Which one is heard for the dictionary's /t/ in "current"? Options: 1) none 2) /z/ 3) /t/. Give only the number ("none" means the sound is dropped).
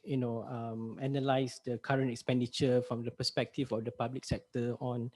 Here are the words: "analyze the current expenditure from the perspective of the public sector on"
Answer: 3